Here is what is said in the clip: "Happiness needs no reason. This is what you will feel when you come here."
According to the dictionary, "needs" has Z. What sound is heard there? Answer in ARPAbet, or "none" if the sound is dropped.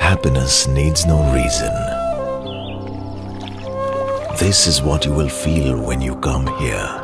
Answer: Z